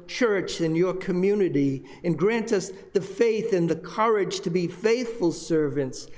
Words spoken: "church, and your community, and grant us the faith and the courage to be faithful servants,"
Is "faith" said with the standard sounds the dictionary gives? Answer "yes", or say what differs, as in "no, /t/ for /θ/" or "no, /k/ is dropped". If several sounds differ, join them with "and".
yes